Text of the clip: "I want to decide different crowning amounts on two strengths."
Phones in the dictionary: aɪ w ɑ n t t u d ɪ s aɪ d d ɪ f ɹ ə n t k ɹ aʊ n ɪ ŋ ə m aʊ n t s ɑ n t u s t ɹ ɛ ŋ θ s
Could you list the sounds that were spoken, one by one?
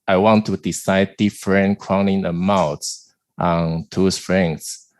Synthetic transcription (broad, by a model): aɪ w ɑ n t t u d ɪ s aɪ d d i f ɹ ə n k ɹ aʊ n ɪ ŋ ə m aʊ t t ɑ n t u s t ɹ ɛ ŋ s